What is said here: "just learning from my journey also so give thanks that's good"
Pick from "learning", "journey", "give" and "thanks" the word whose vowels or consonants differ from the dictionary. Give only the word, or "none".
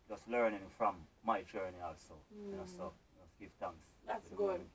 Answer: thanks